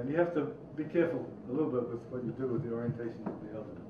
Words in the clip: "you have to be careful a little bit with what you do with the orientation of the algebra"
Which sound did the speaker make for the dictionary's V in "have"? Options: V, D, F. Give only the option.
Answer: F